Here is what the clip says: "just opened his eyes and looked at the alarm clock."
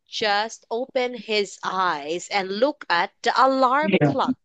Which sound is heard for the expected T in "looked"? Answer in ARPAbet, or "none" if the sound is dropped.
none